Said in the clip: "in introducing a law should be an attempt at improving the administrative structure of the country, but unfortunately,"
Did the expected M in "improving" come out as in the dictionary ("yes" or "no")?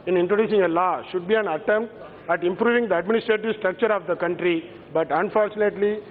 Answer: yes